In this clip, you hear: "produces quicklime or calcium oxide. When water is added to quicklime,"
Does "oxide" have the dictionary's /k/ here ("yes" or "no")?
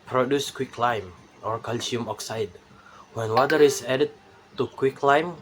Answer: yes